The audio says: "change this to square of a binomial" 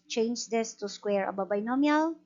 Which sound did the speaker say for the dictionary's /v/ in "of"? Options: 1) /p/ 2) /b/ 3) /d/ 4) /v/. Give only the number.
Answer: 2